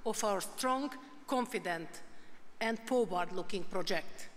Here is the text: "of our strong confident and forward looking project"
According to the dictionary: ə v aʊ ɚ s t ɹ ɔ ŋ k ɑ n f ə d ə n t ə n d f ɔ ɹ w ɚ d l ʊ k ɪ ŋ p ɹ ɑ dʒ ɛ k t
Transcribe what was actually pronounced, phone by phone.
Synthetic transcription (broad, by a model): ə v aʊ ɚ s t ɹ ɔ ŋ k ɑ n f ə d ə n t ə n d p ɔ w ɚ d l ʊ k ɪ ŋ p ɹ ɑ dʒ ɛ k t